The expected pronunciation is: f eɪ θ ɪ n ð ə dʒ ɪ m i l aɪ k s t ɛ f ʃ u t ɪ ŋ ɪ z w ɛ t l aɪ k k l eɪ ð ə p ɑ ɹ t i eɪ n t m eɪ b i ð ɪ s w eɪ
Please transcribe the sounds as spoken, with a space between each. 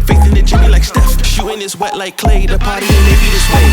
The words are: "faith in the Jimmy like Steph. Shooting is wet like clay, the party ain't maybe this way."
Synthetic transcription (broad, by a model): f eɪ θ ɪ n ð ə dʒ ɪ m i l aɪ k s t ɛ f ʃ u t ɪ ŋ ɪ s w ɛ t l aɪ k k l eɪ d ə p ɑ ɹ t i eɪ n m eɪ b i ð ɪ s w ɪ